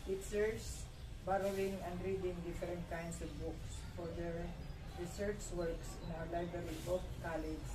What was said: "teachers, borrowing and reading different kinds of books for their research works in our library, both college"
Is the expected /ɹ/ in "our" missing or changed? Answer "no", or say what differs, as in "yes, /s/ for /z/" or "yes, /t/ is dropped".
yes, /w/ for /ɹ/